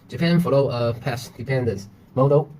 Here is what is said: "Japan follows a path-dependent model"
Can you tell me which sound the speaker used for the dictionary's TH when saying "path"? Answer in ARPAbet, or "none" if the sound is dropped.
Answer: S